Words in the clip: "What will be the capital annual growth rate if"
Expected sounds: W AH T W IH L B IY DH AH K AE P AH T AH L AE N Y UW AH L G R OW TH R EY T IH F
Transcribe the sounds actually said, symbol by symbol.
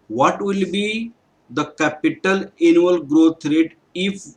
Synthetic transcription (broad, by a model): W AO T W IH L B IY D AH K AE P AH T AH L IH N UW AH L G R OW T R EY T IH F